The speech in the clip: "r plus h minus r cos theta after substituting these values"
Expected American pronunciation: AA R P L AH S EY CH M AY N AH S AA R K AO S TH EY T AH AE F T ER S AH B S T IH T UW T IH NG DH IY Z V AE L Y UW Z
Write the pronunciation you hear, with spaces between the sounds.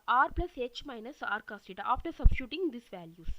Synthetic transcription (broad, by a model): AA R P L AH S EY CH M AY N AH S AA R K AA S T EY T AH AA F T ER S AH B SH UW T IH NG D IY S V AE L Y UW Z